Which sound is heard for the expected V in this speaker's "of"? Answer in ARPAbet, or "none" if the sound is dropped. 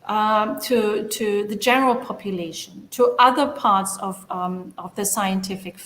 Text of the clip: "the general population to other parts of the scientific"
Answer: V